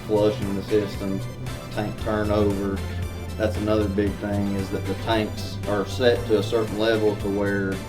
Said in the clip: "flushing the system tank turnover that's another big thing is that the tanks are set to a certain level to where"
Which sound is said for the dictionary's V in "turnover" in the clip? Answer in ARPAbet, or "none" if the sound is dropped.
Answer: V